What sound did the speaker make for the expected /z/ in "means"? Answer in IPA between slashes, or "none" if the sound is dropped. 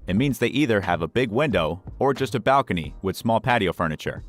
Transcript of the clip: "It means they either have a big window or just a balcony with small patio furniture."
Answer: /z/